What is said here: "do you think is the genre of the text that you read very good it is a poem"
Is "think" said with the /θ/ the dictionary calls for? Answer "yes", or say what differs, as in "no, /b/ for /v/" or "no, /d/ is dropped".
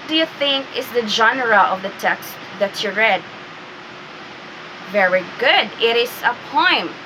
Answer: yes